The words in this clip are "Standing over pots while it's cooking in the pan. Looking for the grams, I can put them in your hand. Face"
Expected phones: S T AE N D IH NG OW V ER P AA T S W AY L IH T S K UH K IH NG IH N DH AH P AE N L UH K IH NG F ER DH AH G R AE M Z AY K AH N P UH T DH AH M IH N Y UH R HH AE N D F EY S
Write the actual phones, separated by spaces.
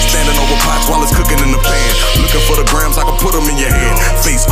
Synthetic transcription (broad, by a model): S T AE N D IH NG OW V ER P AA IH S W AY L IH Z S K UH K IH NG IH N DH AH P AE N L UH K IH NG F ER DH AH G R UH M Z AY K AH P UH T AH M IH N Y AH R HH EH D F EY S